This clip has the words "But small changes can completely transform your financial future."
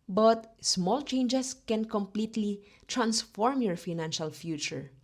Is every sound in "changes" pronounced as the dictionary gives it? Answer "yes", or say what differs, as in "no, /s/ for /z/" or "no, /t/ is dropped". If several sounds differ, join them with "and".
no, /s/ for /z/